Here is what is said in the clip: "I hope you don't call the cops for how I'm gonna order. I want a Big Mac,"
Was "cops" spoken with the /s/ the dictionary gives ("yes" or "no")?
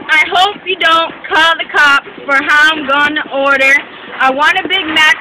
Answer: no